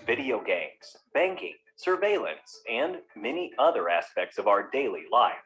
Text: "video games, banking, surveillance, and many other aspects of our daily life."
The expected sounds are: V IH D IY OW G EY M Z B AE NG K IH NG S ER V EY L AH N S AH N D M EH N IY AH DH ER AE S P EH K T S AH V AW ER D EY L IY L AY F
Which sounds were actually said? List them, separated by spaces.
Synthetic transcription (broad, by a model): V IH D IY OW G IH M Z B AE NG K IH NG S ER V EY L AH N S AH N M EH N IY AH DH ER AE S P EH K T S AH V AW ER D EY L IY L AY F